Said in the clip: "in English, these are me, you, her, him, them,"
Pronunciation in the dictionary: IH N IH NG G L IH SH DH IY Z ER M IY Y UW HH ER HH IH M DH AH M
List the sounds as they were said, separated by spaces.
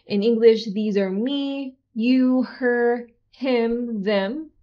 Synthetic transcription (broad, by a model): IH N IH NG G L IH SH DH IY Z ER M IY Y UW HH ER HH IH M DH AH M